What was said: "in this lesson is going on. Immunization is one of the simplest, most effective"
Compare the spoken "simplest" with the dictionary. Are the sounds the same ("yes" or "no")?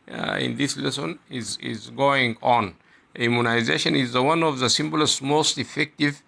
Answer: no